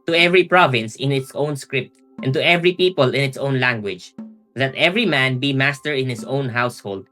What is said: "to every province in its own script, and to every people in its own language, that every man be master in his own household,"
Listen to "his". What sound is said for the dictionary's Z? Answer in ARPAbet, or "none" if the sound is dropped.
S